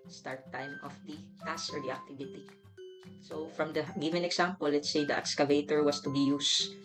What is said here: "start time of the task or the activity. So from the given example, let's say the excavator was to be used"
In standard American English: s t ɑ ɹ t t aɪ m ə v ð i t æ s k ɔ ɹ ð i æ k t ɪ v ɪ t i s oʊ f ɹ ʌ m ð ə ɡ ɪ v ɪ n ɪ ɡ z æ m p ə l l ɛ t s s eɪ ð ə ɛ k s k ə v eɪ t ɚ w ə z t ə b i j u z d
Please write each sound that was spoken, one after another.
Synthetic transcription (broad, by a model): s t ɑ ɹ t t aɪ m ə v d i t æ s ɔ ɹ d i æ k t ɪ v ɪ t i s oʊ f ɹ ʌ m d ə ɡ ɪ v ɪ n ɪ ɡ s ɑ m p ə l l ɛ t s s eɪ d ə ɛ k s k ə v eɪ t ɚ w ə s t ə b i j u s